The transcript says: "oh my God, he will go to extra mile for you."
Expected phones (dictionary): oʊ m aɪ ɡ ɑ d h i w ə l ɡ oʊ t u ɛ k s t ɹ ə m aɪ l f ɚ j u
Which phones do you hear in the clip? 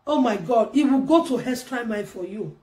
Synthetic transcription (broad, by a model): oʊ m aɪ ɡ ɑ d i w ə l ɡ oʊ t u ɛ s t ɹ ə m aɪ n f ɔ j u